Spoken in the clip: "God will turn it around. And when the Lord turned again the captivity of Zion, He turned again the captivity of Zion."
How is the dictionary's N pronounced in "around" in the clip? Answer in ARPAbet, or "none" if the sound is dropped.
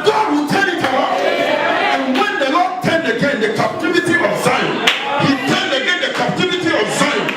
L